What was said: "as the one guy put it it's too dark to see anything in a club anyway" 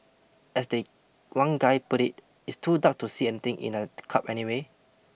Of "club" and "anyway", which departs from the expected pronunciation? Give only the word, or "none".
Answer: club